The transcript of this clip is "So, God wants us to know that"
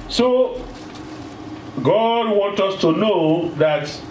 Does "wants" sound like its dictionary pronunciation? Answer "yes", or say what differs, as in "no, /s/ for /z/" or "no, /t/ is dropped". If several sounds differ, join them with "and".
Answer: no, /s/ is dropped